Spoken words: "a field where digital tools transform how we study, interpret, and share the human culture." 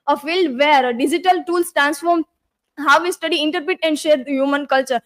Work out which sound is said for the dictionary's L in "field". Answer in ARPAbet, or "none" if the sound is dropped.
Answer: L